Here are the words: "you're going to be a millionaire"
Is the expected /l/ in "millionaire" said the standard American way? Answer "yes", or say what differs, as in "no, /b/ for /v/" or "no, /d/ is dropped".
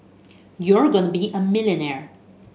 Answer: yes